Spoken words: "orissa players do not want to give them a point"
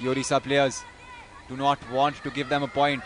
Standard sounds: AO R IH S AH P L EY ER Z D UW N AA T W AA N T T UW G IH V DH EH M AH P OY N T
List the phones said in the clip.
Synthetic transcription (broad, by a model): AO R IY S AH P L EY ER Z D UW N AA T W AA N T T UW G IH V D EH M AH P OY N T